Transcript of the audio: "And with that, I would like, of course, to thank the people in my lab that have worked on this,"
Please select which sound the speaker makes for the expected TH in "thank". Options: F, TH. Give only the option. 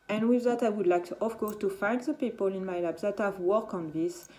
F